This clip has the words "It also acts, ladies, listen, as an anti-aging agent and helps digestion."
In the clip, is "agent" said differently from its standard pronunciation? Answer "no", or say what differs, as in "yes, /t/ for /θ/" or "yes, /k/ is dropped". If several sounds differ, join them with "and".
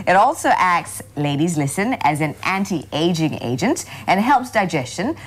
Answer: no